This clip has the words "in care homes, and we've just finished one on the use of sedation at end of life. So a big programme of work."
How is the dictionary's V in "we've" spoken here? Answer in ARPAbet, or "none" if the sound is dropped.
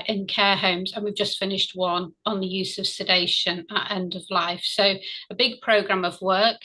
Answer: V